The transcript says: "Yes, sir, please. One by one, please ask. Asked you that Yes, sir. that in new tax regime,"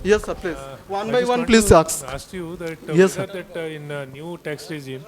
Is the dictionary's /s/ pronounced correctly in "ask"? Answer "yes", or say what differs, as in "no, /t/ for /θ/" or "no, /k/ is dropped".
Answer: no, /s/ is dropped